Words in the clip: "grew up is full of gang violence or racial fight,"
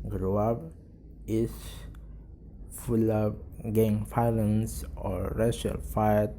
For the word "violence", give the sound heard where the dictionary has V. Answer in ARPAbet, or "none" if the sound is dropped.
F